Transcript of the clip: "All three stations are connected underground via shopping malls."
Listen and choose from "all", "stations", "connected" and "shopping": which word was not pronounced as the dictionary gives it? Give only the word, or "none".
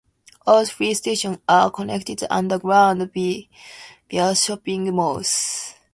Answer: stations